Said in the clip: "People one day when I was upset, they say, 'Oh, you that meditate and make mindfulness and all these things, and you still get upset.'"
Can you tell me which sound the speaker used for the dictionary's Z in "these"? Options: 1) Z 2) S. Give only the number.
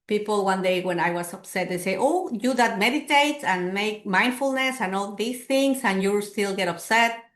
2